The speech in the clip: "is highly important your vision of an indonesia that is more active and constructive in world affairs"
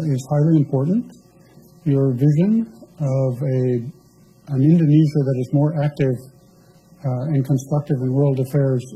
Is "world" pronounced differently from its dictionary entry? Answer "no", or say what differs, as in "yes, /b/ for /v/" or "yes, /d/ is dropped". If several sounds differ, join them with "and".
no